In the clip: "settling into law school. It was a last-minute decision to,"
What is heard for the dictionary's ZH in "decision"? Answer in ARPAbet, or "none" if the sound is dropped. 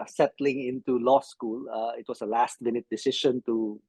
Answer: SH